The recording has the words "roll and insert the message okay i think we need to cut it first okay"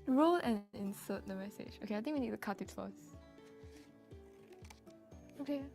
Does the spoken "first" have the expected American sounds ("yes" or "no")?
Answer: no